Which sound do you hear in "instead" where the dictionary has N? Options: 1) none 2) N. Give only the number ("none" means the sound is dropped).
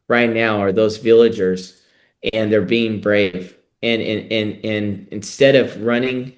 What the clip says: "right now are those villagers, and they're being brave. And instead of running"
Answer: 2